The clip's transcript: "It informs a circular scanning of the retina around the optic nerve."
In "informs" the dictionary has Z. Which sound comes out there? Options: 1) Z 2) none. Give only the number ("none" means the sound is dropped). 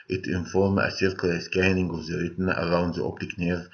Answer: 2